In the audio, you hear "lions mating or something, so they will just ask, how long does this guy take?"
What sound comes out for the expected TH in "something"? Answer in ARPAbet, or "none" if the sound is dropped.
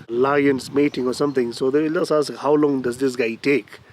T